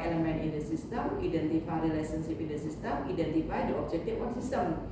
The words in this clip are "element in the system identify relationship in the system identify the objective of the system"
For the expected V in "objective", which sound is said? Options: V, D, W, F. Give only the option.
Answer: F